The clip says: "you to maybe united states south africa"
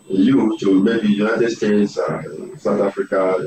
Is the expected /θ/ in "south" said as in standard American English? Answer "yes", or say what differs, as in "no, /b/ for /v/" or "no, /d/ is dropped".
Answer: no, /t/ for /θ/